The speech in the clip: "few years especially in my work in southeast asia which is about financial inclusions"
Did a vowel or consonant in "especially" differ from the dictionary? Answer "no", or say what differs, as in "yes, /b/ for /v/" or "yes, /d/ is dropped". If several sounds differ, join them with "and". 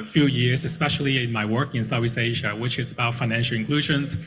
no